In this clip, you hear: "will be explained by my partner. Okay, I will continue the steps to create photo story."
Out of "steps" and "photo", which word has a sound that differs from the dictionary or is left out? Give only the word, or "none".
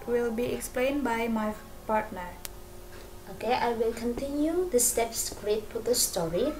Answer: photo